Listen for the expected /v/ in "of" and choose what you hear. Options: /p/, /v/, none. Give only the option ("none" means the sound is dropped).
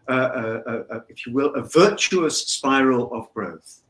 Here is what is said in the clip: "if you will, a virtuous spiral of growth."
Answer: /v/